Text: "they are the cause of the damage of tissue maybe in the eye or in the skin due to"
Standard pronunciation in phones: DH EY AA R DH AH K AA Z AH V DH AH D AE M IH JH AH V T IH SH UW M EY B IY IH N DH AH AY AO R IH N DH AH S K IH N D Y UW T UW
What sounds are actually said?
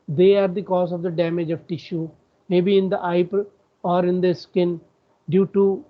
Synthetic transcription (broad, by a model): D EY AA R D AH K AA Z AH V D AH D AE M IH JH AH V T IH SH UW M EY B IY IH N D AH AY AO R IH N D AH S K IH N D Y UW T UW